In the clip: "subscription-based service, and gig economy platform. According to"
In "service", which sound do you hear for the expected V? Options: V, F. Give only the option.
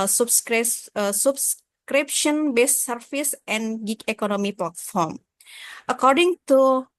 F